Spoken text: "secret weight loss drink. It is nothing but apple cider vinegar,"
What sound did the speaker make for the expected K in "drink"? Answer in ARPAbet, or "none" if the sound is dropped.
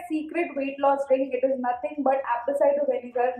none